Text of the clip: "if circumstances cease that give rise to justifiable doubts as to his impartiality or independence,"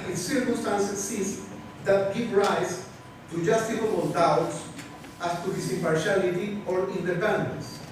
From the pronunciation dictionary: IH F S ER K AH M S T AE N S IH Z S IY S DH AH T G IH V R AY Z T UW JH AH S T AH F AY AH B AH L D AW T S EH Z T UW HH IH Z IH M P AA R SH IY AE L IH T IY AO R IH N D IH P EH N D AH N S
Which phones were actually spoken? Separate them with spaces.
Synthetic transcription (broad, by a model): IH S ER K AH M S T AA N S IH S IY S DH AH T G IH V R AY S T UW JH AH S T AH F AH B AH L D AW T S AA S T UW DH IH S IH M P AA R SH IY L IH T IY AO R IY N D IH P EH N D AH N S